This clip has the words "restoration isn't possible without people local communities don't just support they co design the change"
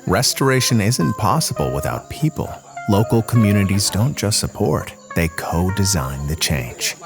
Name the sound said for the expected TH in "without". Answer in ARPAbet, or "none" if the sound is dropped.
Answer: TH